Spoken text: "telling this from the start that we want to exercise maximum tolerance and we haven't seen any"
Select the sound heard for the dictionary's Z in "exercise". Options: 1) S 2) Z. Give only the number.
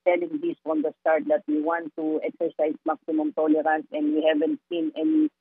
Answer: 1